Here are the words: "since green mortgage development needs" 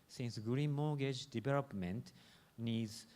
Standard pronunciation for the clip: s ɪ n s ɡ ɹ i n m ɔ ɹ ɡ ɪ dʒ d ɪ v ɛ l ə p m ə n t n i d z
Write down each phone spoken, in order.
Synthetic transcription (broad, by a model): s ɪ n s ɡ ɹ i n m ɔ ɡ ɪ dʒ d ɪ b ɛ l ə p m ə n t n i d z